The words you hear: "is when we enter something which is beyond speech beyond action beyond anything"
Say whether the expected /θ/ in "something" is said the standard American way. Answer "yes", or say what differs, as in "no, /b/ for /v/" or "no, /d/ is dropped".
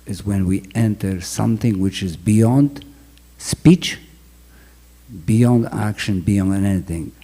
yes